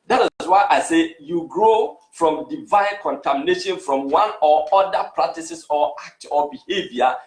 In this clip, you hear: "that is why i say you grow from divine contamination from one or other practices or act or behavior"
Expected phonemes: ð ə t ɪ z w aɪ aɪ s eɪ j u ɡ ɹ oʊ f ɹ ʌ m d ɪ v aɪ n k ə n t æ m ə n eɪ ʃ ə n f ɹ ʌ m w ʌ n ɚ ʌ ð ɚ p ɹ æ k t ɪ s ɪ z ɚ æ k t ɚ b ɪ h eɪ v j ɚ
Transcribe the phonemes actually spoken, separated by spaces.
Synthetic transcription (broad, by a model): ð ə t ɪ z w aɪ aɪ s eɪ j u ɡ ɹ oʊ f ɹ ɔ m d ɪ v aɪ n k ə n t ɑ m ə n eɪ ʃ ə n f ɹ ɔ m w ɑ n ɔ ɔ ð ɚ p ɹ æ k t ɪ s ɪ s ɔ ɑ k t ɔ b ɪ h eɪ v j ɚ